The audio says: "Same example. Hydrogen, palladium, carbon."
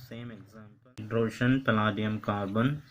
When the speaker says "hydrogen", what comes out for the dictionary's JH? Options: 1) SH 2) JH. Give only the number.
1